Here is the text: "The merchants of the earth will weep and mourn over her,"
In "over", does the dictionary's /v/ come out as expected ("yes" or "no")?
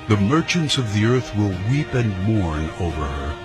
yes